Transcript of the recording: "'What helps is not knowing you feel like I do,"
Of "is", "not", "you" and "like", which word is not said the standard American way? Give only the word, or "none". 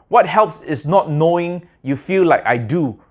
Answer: is